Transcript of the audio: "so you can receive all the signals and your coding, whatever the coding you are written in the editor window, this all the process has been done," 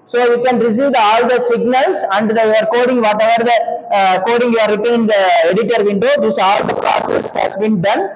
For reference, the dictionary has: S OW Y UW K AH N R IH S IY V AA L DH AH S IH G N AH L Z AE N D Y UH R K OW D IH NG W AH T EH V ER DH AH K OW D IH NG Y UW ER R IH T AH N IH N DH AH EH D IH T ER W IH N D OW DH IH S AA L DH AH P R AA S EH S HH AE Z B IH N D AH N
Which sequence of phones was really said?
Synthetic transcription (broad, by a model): S OW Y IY K AH N R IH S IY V AA L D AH S IH G N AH L S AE N D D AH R K OW D IH NG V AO T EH V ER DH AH K OW D IH NG Y UW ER R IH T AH IH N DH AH EH D IH T ER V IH N D OW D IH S AA L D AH P R AA S EH S HH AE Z B IH N D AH N